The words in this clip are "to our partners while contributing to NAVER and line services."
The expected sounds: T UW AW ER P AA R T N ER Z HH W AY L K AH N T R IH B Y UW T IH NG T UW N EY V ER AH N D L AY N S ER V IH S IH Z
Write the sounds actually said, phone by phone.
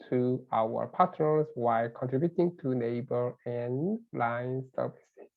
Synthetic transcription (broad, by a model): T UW AW ER P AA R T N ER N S W AY L K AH N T R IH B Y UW T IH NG T UW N EY B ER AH N L AY N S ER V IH S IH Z